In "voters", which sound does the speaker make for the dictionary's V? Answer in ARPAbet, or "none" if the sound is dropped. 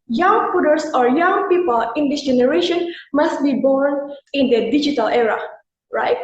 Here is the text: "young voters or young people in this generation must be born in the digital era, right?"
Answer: P